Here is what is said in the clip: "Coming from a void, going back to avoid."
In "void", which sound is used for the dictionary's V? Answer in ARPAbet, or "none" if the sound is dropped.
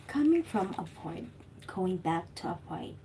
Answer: F